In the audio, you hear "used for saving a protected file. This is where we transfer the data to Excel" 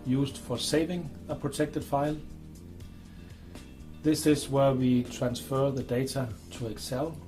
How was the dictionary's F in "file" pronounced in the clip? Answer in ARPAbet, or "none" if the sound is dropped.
F